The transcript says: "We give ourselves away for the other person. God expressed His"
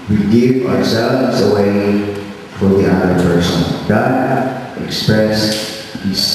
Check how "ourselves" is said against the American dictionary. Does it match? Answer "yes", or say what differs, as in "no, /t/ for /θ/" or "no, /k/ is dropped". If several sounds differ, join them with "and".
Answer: yes